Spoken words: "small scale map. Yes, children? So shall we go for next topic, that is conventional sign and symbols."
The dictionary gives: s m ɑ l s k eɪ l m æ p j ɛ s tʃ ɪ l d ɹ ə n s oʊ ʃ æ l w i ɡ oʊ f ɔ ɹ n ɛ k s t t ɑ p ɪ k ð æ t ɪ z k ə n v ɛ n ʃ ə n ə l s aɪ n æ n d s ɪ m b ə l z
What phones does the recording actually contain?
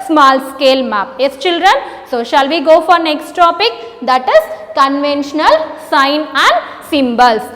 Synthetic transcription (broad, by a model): s m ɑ l s k eɪ l m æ p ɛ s tʃ ɪ l d ɹ ə n s oʊ ʃ æ l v i ɡ oʊ f ɔ ɹ n ɛ k s t t ɑ p ɪ k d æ t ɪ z k ə n v ɛ n ʃ ə n ə l s aɪ n æ n d s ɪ m b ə l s